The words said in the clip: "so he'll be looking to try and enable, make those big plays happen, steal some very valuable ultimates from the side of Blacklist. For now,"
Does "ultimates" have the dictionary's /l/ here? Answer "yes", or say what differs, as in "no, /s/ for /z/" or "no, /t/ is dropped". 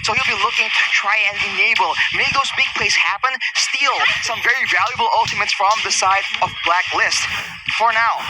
yes